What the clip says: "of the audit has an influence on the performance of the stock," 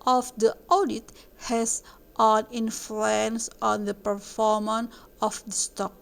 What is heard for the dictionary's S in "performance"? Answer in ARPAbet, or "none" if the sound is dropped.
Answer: none